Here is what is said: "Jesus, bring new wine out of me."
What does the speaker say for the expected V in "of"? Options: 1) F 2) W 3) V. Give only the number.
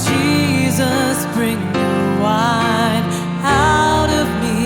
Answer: 3